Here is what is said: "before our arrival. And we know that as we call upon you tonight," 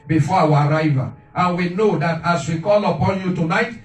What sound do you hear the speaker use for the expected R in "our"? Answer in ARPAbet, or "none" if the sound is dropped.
R